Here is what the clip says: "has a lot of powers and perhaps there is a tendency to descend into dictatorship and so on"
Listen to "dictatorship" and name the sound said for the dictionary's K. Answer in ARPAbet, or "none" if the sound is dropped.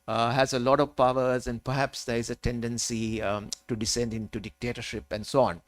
K